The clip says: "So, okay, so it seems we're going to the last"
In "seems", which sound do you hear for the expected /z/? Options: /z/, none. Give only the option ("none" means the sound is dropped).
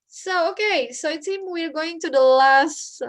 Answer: none